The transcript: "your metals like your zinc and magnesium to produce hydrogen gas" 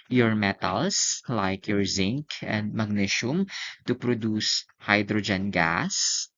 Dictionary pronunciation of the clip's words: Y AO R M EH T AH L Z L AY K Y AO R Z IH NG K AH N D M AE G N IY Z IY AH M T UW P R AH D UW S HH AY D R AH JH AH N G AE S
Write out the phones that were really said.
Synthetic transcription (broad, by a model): Y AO R M EH T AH L S L AY K Y AO R Z IH NG K AH N D M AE G N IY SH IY M T UW P R AH D UW S HH AY D R AH JH AH N G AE S